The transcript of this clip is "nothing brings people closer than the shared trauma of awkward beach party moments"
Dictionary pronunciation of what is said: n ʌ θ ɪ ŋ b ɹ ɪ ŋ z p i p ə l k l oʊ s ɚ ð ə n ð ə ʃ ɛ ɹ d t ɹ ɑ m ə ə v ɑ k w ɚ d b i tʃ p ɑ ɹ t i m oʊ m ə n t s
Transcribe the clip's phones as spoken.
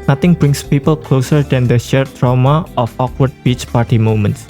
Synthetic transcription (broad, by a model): n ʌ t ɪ ŋ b ɹ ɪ ŋ s p i p ə l k l oʊ s ɚ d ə n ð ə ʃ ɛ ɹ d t ɹ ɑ m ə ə f ɑ k w ɚ d b i tʃ p ɑ ɹ t i m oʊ m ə n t s